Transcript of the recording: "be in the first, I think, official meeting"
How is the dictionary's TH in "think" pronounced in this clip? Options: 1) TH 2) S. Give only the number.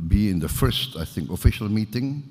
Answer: 1